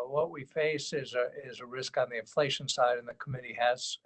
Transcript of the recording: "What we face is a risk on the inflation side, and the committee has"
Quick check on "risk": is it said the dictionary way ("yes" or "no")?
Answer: yes